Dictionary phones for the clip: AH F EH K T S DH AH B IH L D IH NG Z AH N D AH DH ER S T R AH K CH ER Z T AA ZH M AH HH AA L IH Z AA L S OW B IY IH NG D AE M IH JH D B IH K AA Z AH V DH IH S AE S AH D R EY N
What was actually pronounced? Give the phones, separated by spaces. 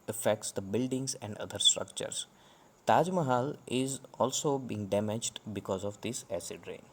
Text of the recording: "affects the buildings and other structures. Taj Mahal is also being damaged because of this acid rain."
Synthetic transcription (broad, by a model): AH F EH K T S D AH B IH L D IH NG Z AH N D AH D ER S T R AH K CH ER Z T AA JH M AH HH AA L IH Z AA L S OW B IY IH NG D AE M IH JH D B IH K AA Z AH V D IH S AE S AH D R EY N